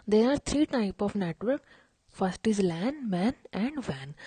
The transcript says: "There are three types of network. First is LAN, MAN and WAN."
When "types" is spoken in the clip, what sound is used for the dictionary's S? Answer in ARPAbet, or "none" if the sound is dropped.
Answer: none